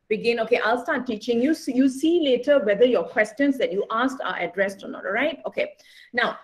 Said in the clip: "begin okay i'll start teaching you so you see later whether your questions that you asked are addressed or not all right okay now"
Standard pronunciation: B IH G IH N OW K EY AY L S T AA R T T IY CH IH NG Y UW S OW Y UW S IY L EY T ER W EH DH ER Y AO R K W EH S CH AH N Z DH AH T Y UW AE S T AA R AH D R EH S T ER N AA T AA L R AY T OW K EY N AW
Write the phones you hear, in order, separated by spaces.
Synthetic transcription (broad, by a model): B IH G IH N OW K EY AY L S T AA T T IY CH IH NG Y UW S Y UW S IY L EY T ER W EH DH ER Y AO K W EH S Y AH N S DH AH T Y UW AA S T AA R AH D R EH S T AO N AA T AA R AY T OW K EY N AW